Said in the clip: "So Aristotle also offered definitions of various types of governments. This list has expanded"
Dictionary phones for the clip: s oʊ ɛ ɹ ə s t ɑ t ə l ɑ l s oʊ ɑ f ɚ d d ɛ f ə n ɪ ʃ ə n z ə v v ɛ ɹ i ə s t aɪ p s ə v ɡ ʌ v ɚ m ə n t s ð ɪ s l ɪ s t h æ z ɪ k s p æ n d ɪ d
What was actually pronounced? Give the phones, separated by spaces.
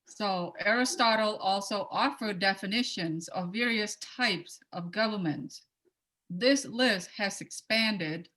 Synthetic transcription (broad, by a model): s oʊ ɛ ɹ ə s t ɑ t l ɑ l s oʊ ɑ f ɚ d d ɛ f ə n ɪ ʃ ə n z ə v v ɛ ɹ i ə s t aɪ p s ə v ɡ ʌ v ɚ m ə n t s ð ɪ s l ɪ s t h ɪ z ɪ k s p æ n d ɪ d